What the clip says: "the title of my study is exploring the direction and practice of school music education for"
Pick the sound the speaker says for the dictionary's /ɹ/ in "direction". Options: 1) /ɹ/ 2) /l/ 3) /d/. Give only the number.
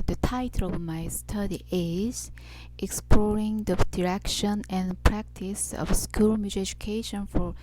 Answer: 1